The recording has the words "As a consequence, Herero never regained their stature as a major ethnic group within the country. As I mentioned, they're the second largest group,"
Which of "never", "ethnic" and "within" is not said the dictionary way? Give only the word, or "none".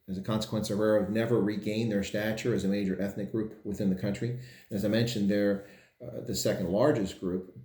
none